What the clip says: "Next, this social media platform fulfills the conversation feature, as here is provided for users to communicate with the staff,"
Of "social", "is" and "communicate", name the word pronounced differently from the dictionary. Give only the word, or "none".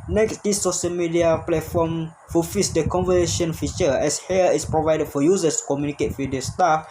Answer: is